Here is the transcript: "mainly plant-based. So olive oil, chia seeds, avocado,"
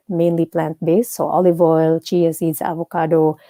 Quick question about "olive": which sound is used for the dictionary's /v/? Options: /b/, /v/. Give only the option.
/v/